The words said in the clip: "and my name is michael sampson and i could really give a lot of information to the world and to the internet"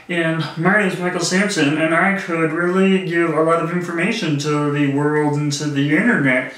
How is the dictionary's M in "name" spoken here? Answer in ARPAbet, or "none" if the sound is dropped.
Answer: none